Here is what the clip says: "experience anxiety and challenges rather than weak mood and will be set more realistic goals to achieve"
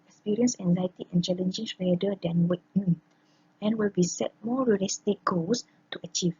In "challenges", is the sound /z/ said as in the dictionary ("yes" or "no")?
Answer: no